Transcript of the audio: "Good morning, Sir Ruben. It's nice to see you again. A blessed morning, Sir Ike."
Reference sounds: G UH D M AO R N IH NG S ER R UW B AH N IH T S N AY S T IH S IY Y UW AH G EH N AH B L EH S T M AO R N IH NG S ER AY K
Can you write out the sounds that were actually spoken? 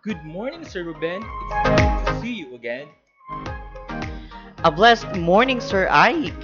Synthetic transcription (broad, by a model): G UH D M AO R N IH NG S ER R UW B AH N IH T S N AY T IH S IY Y UW AH G EH N AH B L EH S T M AO R N IH NG S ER AY